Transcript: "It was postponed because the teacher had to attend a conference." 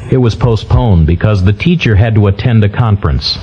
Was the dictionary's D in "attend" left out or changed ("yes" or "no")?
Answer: no